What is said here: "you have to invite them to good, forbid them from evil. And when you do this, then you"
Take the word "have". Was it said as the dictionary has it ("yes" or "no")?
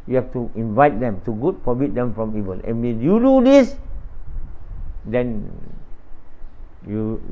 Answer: no